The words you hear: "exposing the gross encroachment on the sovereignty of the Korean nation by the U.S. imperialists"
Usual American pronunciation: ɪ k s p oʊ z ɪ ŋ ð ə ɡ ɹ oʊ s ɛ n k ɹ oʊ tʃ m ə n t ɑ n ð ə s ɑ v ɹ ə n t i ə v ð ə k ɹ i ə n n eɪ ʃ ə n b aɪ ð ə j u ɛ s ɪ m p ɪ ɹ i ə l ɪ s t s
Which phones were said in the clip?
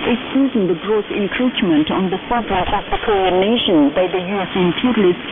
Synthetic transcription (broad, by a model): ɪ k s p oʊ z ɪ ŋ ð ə ɡ ɹ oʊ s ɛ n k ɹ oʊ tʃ m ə n t ɑ n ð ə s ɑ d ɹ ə t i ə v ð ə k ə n n eɪ ʃ ə n b aɪ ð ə j u ɛ s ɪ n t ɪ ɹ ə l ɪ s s